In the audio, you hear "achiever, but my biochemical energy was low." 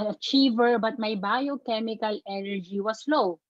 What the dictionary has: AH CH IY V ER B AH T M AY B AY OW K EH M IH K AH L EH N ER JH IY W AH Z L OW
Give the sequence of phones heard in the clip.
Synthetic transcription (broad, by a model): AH CH IY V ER B AH T M AY B AY OW K EH M IH K AH L EH N ER JH IY W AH S L OW